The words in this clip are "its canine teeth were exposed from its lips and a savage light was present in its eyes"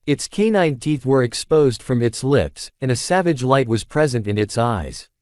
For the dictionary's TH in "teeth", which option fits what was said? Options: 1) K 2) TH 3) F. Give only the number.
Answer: 2